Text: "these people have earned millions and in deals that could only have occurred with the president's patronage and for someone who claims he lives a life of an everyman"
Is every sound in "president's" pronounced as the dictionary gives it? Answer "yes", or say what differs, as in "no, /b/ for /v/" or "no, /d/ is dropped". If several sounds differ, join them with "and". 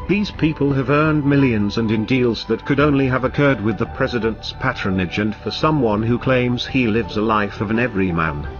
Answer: yes